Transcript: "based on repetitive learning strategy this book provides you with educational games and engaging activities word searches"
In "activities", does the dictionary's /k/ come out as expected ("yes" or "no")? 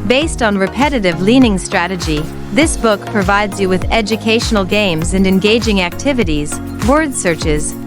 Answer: yes